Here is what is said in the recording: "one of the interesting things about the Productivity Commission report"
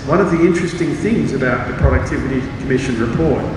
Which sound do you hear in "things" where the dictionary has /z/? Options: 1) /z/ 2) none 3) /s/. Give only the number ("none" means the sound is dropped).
1